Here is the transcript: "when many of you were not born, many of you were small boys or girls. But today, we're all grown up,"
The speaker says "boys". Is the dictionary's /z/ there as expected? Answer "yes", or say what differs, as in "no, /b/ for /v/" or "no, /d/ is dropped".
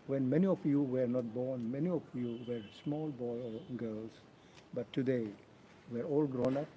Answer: no, /z/ is dropped